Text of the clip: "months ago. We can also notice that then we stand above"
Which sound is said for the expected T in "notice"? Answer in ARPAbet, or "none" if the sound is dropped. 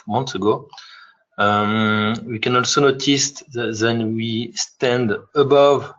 T